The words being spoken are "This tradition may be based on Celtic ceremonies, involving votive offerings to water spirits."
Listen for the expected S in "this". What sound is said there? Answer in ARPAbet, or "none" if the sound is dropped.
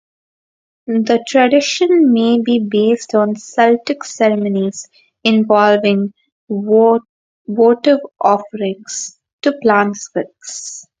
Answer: none